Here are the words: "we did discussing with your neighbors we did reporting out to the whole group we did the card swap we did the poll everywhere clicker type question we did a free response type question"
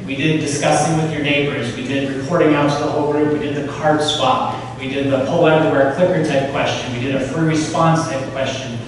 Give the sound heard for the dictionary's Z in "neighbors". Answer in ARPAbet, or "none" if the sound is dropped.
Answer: Z